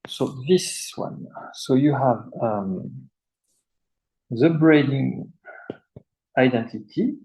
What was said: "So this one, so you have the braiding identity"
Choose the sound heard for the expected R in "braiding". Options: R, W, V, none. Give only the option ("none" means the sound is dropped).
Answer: R